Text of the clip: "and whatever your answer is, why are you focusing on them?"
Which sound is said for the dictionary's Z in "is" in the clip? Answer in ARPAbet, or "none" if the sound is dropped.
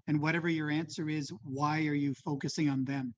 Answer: Z